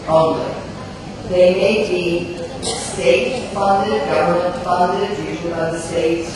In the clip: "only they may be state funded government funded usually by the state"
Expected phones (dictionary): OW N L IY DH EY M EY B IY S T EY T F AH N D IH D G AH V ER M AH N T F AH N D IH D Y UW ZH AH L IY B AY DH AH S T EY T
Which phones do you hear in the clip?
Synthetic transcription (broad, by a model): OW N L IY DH EY M EY B IY S T EY T F AH N D IH D G AH V ER M AH N T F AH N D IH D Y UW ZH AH N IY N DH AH S T EY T